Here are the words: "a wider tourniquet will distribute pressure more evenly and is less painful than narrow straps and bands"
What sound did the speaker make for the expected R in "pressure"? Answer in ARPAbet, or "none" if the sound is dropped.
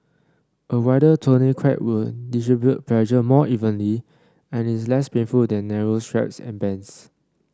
L